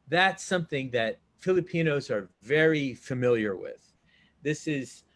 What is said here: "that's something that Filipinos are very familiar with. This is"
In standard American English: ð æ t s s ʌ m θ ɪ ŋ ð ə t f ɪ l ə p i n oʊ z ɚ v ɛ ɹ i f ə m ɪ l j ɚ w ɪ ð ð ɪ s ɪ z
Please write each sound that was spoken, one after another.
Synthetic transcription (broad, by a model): ð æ t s s ʌ m θ ɪ ŋ ð ə t f ɪ l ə p i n oʊ z ɚ v ɛ ɹ i f ə m ɪ l j ɚ w ɪ ð ð ɪ s ɪ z